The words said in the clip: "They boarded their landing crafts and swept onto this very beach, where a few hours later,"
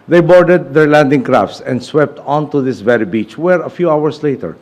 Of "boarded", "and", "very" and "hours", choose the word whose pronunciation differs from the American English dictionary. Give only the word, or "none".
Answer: hours